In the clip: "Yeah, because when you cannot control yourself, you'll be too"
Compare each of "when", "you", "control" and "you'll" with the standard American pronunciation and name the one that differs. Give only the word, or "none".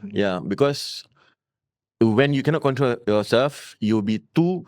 you'll